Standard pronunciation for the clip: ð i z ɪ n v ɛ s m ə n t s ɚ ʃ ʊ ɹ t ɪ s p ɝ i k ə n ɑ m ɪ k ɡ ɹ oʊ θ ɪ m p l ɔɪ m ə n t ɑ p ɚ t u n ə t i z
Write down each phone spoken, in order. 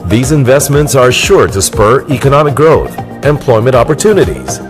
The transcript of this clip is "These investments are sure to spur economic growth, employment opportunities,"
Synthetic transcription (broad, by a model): ð i z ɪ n v ɛ s m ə n t s ɚ ʃ ʊ ɹ t ɪ s p ɝ i k ə n ɑ m ɪ k ɡ ɹ oʊ θ ɪ m p l ɔɪ m ə n t ɑ p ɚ t u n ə t i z